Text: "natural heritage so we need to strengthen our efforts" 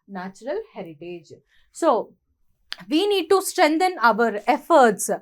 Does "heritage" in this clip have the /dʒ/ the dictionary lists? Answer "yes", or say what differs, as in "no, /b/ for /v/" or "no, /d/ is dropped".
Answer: yes